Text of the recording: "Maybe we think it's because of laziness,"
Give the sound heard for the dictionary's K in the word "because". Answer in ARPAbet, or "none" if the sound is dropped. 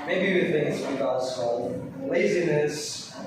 none